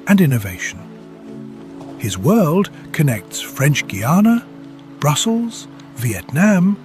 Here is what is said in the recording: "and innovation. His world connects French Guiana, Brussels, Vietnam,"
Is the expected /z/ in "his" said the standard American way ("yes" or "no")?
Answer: yes